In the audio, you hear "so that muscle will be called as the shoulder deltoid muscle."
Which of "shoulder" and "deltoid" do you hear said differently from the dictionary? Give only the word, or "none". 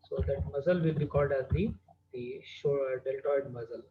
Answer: shoulder